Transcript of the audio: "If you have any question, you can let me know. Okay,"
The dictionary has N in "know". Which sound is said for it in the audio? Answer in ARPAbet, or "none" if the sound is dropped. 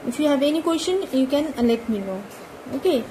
L